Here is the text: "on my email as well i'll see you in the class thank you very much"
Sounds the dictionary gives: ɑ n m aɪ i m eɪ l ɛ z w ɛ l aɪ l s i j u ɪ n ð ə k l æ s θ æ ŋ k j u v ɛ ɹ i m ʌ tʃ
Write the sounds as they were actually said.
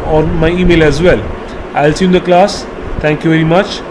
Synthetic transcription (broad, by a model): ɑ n m aɪ i m eɪ l ɛ z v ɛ l aɪ l s i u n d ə k l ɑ s t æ ŋ k j u v ɛ ɹ i m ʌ tʃ